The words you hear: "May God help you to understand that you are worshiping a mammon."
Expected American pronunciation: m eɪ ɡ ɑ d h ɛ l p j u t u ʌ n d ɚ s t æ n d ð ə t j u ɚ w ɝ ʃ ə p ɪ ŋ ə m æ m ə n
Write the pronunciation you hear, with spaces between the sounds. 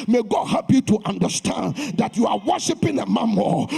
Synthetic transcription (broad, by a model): m eɪ ɡ ɑ d h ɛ p j u t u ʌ n d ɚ s t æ n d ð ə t j u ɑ w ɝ ʃ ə p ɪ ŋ ə m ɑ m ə